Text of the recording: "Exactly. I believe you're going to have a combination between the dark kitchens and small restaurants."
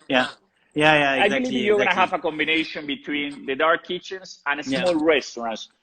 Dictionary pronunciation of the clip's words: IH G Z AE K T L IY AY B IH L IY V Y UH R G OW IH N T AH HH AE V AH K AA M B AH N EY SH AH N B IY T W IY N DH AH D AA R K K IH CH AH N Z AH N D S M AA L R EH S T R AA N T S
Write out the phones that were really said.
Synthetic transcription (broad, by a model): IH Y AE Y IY AY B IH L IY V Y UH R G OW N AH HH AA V AH K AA M B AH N EY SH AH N B IY T W IY N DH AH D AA R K K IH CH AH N S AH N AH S M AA L R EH S T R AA N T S